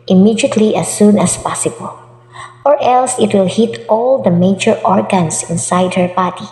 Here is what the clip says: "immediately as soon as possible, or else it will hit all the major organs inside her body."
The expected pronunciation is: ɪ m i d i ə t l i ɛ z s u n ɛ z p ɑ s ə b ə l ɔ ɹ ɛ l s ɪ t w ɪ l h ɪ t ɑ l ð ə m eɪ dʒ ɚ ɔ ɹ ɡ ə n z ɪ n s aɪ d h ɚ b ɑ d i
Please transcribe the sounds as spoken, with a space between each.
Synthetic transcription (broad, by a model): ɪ m i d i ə t l i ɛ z s u n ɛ s p ɑ s ə b ə l ɔ ɹ ɛ l s ɪ t w ɪ l h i t ɑ l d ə m eɪ dʒ ɚ ɔ ɹ ɡ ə n s ɪ n s aɪ d h ɚ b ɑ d i